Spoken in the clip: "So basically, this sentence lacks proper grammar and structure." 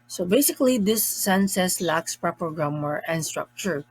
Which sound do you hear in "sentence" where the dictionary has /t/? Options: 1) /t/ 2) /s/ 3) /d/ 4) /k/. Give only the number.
2